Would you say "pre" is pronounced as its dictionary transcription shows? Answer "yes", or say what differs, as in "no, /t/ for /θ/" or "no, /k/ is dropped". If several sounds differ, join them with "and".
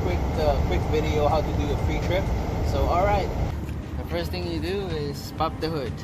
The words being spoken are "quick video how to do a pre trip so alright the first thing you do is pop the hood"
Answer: no, /f/ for /p/